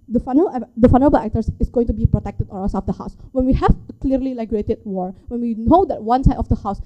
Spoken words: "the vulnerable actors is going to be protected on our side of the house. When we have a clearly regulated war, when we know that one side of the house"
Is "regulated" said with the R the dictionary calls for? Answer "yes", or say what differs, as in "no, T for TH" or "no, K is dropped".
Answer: no, L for R